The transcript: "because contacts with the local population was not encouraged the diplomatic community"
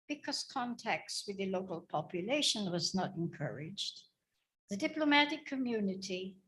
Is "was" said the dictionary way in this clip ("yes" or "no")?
yes